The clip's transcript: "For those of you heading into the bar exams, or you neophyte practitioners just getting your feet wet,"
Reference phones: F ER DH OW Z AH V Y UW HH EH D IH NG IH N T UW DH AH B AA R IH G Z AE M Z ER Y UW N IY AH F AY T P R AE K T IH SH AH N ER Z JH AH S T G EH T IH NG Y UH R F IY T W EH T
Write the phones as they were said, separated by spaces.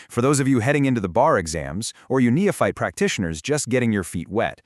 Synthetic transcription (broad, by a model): F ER DH OW Z AH V Y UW HH EH D IH NG IH N T UW DH AH B AA R IH G Z AE M Z ER Y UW N IY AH F AY T P R AE K T IH SH AH N ER Z JH AH S T G EH T IH NG Y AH R F IY T W EH T